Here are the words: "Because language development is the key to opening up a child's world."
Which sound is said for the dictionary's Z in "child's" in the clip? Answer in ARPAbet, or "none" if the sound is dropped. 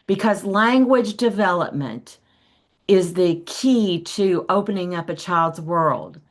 Z